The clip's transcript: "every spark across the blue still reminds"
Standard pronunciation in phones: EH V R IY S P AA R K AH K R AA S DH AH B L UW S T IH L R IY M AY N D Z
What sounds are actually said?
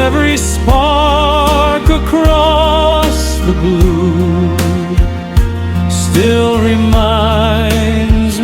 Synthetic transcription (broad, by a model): EH V R IY S P AA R K AH K R AA S DH AH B UW S T IH L R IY M AY N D Z